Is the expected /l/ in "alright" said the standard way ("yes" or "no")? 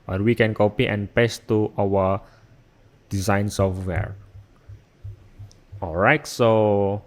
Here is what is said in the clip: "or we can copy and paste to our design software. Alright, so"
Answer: yes